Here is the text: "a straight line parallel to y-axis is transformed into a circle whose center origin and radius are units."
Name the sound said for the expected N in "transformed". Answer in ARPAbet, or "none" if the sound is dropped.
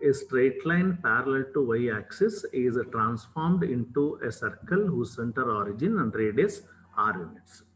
N